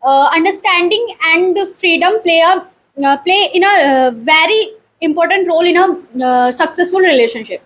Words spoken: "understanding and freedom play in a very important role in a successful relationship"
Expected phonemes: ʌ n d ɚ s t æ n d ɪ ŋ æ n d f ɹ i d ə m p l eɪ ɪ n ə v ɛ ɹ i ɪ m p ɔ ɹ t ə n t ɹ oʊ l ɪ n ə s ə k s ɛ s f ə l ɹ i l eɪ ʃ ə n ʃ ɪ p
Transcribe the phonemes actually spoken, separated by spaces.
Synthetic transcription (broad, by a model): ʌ n d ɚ s t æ n d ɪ ŋ æ n d f ɹ i d ə m p l eɪ ɪ n ə v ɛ ɹ i ɪ m p ɔ ɹ t ə n t ɹ oʊ l ɪ n ə s ə k s ɛ s f ə l ɹ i l eɪ ʃ ə n ʃ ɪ p